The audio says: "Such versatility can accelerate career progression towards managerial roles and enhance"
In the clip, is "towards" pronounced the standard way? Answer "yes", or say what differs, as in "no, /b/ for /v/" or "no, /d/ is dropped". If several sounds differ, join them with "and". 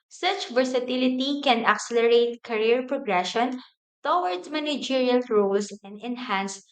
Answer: no, /z/ is dropped